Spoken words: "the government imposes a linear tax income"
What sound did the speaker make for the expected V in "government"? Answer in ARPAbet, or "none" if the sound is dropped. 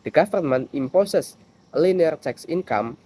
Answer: F